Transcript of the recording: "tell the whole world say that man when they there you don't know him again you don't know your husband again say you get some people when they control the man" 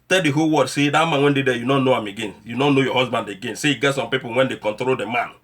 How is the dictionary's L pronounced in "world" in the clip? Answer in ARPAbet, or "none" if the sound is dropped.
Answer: none